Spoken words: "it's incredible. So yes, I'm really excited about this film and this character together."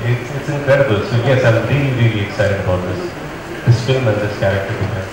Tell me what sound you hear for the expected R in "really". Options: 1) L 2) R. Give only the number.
2